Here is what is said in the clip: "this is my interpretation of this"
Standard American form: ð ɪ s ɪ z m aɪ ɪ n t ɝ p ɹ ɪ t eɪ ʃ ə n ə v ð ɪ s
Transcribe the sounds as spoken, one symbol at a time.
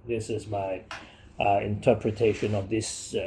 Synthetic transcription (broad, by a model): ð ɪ s ɪ z m aɪ ɪ n t ɝ p ɹ ɪ t eɪ ʃ ə n ə v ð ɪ s